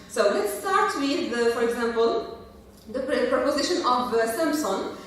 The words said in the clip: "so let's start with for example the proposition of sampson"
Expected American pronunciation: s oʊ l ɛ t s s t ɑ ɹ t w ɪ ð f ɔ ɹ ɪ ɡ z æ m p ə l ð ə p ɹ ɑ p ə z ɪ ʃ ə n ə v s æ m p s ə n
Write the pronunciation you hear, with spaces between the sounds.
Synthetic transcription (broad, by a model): s oʊ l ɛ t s s t ɑ ɹ t w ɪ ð f ɔ ɹ ɪ ɡ z æ m p ə l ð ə p ɹ ɑ p ə z ɪ ʃ ə n ə v s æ m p s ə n